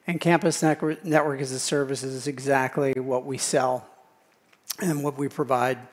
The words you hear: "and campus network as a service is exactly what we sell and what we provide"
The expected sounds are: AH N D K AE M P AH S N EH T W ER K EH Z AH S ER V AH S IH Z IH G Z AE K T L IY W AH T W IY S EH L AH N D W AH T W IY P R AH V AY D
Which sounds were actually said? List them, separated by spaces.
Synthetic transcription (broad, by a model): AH N K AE M P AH S N EH T W ER K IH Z AH S ER V AH S IH Z IH G Z AE K T L IY W AH T W IY S EH L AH N W AH T W IY P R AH V AY D